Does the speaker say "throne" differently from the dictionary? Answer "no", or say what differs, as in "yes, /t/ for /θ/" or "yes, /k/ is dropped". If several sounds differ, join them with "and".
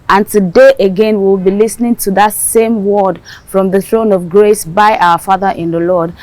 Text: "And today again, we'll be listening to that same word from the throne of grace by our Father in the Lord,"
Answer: no